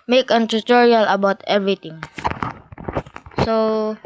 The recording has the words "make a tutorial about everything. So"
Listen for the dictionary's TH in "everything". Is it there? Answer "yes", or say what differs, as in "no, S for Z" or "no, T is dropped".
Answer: no, T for TH